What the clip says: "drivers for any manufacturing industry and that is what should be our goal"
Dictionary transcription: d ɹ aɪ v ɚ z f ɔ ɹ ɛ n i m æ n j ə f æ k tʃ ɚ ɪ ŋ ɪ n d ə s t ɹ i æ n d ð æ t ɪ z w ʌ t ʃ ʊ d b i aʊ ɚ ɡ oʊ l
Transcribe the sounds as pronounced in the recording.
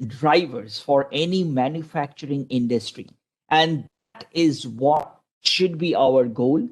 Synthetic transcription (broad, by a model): d ɹ aɪ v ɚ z f ɔ ɹ ɛ n i m æ n j ə f æ k tʃ ɚ ɪ ŋ ɪ n d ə s t ɹ i æ n d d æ t ɪ z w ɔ t ʃ ʊ d b i aʊ ɚ ɡ oʊ l